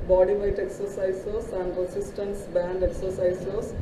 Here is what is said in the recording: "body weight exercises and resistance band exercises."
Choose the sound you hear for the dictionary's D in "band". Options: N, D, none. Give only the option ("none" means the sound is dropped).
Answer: D